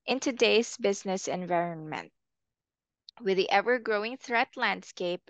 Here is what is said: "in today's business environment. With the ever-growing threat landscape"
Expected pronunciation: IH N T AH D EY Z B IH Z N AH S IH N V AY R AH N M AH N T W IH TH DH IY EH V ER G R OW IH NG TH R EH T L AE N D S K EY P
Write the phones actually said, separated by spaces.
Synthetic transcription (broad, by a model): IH N T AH D EY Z B IH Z N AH S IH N V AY R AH N M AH N T W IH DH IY EH V ER G R OW IH NG TH R EH T L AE N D S K EY P